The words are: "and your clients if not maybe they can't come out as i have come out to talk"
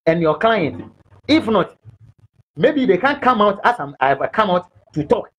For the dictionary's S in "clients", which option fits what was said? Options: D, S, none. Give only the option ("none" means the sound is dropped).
none